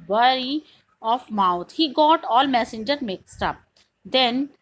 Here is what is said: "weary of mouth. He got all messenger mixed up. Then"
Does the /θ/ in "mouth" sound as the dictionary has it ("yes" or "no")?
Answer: no